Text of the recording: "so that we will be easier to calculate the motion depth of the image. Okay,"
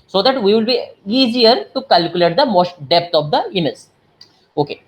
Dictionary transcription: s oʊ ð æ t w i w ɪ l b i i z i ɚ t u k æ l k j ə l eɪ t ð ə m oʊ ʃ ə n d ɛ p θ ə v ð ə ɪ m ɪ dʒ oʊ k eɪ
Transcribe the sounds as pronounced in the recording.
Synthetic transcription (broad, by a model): s oʊ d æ t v i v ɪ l b i i z i ɚ t u k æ l k j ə l eɪ t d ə m oʊ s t d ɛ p t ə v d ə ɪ m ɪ z oʊ k eɪ